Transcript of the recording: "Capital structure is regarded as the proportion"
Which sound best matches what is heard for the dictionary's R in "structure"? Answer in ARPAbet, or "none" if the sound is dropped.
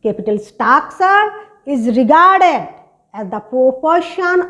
none